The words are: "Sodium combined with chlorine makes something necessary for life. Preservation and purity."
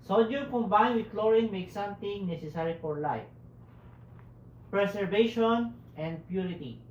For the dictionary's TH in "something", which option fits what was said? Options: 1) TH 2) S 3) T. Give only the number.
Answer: 3